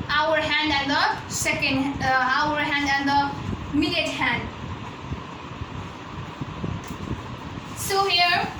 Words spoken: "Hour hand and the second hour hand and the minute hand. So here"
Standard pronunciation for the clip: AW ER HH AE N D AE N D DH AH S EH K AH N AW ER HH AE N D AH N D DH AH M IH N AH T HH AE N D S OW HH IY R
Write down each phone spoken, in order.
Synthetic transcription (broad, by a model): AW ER HH AE N D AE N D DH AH S EH K AH N AW ER HH AE N D AH N D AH M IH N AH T HH AE N D S OW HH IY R